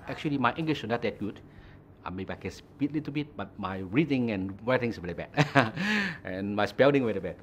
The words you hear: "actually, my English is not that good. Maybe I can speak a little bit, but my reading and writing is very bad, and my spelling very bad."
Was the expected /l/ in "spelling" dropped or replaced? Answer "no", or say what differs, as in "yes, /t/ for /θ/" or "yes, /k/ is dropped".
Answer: yes, /n/ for /l/